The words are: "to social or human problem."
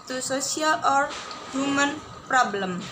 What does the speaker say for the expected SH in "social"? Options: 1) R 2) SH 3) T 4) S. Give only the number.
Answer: 4